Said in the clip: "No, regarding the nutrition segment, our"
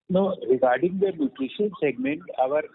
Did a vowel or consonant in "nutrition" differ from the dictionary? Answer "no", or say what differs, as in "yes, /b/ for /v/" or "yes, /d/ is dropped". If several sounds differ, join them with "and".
yes, /ɹ/ is dropped